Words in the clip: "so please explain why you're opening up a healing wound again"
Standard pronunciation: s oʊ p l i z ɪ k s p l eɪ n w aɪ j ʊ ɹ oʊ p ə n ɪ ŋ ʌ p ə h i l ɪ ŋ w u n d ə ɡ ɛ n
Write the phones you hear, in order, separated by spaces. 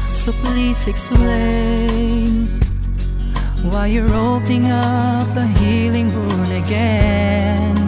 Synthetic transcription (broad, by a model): s oʊ p l i z ɪ k s p l eɪ n w aɪ j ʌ ɹ oʊ ə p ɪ ŋ ʌ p ə h i l ɪ ŋ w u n ə ɡ ɛ n